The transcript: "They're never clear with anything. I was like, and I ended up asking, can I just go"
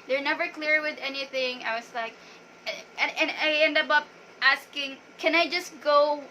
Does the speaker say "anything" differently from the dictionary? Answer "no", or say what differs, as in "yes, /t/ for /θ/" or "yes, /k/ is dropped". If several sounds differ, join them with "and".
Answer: no